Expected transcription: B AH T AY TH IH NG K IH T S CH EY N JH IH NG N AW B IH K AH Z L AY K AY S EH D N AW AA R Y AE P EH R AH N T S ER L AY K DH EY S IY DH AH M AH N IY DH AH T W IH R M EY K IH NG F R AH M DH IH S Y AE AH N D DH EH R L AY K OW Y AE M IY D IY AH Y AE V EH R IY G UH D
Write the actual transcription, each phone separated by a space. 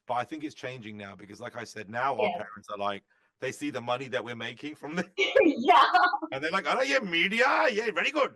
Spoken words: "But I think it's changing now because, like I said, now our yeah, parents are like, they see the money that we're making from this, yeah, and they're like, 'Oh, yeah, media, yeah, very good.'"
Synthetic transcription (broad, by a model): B AH T AY TH IH NG K IH T S CH EY N JH IH NG N AW B IH K AH Z L AY K AY S EH D N AW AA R P EH R AH N T S ER L AY K DH EY S IY DH AH M AH N IY DH AH T W IH R M EY K IH NG F R AH M DH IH Y AE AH N DH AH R L AY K OW Y AE M IY D IY AH Y AE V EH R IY G UH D